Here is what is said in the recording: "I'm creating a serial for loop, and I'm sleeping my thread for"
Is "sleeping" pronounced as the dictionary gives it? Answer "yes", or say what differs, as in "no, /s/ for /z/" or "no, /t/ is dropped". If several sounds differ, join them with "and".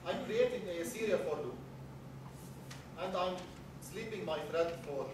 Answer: yes